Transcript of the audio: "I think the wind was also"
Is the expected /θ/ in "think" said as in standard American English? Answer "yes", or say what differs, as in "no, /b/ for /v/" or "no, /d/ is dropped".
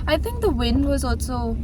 yes